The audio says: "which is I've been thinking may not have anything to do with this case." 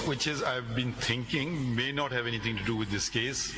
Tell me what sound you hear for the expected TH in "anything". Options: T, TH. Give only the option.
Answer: T